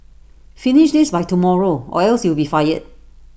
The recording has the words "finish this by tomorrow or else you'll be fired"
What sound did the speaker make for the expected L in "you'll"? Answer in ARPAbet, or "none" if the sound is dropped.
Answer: W